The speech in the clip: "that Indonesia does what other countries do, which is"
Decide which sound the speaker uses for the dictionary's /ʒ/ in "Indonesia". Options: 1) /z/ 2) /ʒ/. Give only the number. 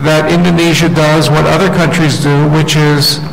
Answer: 2